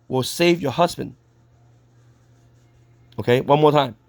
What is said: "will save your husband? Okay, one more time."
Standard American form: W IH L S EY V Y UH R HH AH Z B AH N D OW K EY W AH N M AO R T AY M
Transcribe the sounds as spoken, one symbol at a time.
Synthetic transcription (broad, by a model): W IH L S EY V Y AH R HH AH Z B AH N D OW K EY W AH N M AO R T AY M